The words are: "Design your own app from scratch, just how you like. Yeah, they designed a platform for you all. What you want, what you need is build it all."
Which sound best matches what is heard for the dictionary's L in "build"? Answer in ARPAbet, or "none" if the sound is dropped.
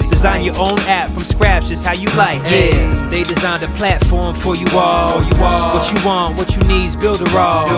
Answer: L